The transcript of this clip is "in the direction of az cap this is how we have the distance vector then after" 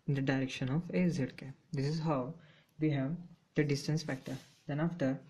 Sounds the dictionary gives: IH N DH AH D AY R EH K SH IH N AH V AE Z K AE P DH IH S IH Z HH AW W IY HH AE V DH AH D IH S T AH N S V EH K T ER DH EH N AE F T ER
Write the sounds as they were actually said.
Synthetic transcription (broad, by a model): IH N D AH D AY R EH K SH IH N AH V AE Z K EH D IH S IH Z HH AW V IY HH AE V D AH D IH S T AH N S F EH K T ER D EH N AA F T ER